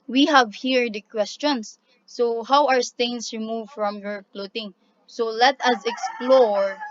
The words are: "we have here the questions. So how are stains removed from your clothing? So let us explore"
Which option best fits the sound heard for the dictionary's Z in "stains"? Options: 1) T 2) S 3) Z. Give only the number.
2